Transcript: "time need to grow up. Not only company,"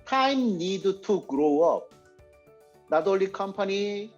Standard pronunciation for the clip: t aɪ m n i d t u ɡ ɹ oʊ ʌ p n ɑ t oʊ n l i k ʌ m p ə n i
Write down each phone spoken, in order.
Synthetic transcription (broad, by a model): t aɪ m n i d t u ɡ ɹ oʊ ʌ p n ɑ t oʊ l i k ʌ m p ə n i